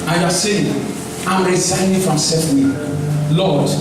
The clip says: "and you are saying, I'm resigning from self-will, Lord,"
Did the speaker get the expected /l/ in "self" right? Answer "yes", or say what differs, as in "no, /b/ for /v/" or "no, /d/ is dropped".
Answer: no, /l/ is dropped